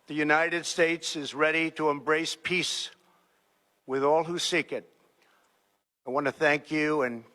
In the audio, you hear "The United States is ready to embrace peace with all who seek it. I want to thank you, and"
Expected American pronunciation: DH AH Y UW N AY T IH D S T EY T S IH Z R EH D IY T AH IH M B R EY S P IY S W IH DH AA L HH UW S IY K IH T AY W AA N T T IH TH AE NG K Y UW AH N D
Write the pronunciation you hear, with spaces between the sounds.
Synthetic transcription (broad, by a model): DH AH Y UW N AY T IH D S T EY T S IH Z R EH D IY T AH IH M B R EY S P IY S W IH DH AA L HH UW S IY K IH T AY W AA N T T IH TH AE NG K Y UW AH N